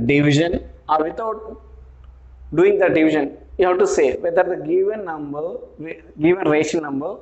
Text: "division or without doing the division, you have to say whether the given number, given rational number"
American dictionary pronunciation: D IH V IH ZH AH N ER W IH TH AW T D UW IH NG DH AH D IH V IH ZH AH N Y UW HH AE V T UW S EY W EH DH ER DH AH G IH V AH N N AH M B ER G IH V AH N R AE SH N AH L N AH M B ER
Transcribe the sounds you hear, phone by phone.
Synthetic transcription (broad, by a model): D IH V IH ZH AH N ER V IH T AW T D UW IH NG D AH D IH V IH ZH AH N Y UW HH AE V T UW S EY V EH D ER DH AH G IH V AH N N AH M B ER G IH V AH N R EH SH AH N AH M B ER